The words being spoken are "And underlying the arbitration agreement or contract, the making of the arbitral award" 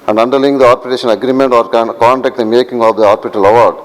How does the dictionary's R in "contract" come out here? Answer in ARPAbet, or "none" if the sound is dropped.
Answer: none